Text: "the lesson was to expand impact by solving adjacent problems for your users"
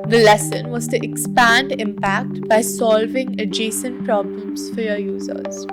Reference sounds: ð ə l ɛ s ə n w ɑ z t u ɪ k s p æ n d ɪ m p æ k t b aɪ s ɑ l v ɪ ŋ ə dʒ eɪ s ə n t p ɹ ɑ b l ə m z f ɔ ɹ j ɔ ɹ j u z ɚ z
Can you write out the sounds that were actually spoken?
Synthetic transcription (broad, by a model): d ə l ɛ s ə n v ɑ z t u ɪ k s p æ n d ɪ m p æ k t b aɪ s ɑ l v ɪ ŋ ə dʒ eɪ s ə n t p ɹ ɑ b l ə m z f ɔ ɹ j ɔ ɹ j u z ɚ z